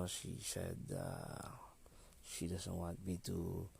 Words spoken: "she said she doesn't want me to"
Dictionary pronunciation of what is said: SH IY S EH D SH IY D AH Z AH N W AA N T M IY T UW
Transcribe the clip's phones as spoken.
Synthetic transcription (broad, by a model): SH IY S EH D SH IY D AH S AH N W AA T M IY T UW